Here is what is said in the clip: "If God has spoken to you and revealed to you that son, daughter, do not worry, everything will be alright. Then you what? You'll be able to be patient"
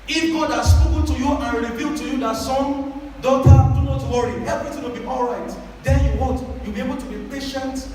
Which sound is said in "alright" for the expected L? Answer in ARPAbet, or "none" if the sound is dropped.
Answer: L